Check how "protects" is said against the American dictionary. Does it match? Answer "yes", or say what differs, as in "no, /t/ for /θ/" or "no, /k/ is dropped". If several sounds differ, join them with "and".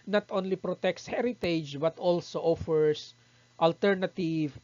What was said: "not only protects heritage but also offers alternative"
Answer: yes